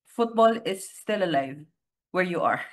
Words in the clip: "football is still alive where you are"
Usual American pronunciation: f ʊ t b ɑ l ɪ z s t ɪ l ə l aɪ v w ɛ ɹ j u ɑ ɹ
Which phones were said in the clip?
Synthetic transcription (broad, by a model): f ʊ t b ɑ l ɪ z s t ɪ l ə l aɪ v w ɛ ɹ j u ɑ ɹ